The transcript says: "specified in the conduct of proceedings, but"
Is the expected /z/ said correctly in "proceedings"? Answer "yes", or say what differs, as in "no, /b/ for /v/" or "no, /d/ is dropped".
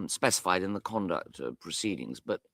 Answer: yes